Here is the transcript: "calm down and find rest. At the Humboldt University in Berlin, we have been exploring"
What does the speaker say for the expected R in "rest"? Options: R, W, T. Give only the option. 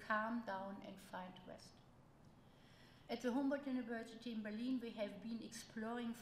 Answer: W